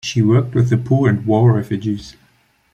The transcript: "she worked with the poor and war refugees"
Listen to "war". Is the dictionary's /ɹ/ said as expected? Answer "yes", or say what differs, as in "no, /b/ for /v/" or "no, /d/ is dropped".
no, /l/ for /ɹ/